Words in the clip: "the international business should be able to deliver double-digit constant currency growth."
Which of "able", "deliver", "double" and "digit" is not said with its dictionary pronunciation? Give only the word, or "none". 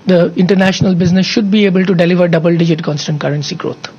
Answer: none